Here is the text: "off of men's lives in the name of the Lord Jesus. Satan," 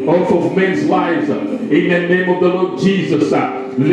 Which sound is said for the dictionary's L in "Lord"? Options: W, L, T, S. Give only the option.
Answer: L